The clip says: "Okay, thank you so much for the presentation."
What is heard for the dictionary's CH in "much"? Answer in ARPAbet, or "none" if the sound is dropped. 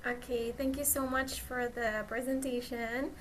CH